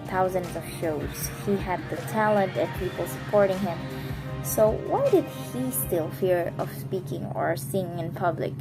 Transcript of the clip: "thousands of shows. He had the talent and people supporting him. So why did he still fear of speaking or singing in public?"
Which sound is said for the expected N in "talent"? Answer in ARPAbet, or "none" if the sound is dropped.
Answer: N